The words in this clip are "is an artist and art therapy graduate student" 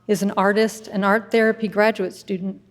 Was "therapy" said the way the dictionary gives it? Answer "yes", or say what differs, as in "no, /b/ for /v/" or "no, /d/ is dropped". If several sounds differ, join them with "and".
yes